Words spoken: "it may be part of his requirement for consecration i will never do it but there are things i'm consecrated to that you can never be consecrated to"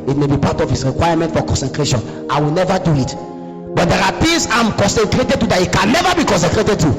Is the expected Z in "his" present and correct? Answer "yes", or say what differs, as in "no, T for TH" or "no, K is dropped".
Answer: no, S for Z